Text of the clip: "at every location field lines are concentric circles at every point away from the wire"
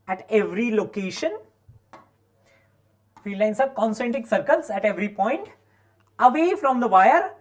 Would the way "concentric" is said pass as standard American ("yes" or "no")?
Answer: no